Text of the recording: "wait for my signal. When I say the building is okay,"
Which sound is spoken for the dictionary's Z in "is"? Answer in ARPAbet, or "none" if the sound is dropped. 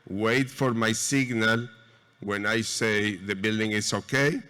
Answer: S